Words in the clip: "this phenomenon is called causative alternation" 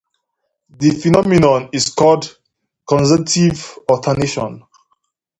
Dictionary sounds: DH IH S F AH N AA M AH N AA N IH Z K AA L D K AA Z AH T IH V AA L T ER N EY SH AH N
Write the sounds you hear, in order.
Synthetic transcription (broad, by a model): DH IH F AH N AA M AH N AA N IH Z K AA L D K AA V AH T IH V AA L T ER N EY SH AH N